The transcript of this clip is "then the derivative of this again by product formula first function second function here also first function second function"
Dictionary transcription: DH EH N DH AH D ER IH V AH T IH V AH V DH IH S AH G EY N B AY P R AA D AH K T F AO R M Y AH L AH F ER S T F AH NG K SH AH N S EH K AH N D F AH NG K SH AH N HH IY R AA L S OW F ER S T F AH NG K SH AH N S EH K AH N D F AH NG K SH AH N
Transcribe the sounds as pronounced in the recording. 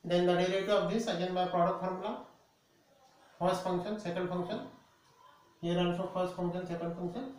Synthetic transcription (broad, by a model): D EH N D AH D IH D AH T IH AH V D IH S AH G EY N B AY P R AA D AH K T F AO R M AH L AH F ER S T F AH NG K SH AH N S EH K AH N D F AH NG K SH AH N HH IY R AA N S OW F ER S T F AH NG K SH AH N S EH K AH N D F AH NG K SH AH N